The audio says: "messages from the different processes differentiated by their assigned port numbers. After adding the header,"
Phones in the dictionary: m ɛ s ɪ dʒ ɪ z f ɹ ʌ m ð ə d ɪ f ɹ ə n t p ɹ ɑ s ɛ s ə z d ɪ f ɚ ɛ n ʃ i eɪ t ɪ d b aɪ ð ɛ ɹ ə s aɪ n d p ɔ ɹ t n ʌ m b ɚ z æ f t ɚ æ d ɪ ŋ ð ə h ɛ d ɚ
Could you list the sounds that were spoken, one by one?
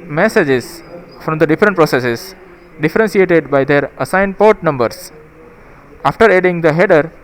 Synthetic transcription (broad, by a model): m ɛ s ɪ dʒ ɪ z f ɹ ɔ m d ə d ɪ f ɹ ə n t p ɹ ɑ s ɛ s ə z d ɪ f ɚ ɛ n s i eɪ t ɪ d b aɪ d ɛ ɹ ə s aɪ n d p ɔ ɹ t n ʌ m b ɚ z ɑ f t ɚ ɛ d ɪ ŋ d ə h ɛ d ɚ